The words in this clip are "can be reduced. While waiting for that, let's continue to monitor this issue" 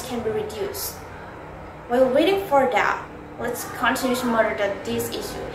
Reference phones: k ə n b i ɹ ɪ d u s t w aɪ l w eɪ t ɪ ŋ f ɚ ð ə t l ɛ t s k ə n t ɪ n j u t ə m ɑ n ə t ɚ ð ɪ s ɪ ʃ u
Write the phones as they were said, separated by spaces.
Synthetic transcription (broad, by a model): k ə n b i ɹ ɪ d u s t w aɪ w w eɪ t ɪ ŋ f ɚ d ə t w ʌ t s k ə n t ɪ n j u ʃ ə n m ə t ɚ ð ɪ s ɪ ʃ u